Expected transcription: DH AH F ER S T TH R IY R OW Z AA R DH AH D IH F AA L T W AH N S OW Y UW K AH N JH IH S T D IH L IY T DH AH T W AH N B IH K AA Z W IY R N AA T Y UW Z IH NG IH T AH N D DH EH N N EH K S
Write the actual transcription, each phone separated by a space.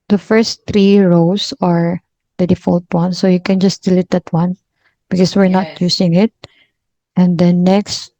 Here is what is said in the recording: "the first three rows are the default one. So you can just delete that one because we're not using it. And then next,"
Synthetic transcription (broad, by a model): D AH F ER S T R IY R OW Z AA R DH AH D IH F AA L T W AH N S OW Y UW K AH N JH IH S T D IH L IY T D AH T W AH N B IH K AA S W IY R N AA T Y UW S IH NG IH T AH N D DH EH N N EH K S